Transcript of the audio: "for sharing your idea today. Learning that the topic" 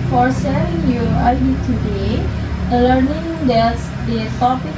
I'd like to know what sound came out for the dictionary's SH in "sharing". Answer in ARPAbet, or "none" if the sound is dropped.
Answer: S